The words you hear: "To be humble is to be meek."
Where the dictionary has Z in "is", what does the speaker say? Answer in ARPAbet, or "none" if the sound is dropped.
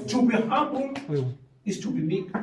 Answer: S